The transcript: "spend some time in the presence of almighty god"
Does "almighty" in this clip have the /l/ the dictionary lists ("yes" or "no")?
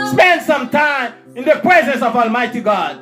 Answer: yes